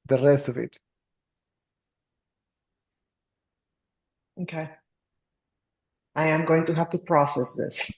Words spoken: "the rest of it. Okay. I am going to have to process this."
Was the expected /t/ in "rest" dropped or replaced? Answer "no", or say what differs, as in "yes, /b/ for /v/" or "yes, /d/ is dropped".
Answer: no